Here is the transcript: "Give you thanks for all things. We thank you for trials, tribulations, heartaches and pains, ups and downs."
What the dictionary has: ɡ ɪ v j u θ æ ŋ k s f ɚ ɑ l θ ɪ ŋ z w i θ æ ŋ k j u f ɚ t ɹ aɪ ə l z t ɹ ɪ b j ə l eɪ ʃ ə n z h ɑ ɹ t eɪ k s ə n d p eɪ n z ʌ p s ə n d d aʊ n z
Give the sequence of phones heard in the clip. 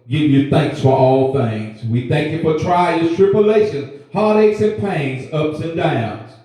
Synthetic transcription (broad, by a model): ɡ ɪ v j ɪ θ æ ŋ k s f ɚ ɑ l θ ɪ ŋ z w i θ æ ŋ k j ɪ f ɚ t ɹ aɪ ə z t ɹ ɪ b j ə l eɪ ʃ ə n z h ɑ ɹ t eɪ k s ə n p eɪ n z ʌ p s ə n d d aʊ n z